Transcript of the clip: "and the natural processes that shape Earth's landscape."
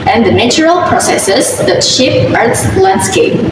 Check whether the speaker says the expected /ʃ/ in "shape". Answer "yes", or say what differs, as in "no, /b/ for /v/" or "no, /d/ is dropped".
yes